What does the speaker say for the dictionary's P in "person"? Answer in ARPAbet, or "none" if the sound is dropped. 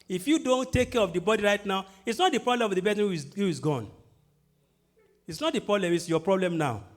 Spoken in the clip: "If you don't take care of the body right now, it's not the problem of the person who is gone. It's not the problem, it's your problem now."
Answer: B